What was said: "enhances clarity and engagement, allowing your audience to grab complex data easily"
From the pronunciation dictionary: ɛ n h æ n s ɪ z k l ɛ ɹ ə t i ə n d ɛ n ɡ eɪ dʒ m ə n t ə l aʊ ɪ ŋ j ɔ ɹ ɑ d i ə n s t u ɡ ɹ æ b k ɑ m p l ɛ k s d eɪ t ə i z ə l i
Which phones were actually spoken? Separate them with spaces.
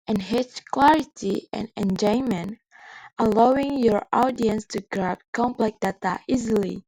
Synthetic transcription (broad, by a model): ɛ n h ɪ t k l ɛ ɹ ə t i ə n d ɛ n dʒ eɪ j m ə n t ə l aʊ ɪ ŋ j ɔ ɹ ɑ d i ə n s t u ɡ ɹ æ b k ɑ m p l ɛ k d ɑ t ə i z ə l i